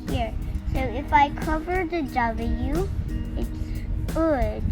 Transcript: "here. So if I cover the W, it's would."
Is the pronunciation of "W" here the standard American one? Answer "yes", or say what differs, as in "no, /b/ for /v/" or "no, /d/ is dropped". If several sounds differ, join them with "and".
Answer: no, /l/ is dropped